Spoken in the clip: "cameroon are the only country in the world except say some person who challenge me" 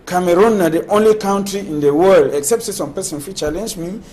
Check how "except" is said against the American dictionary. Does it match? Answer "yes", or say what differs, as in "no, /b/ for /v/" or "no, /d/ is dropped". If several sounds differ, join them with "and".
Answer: yes